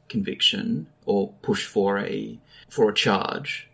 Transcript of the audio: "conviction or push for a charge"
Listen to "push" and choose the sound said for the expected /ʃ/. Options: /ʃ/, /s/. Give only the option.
/ʃ/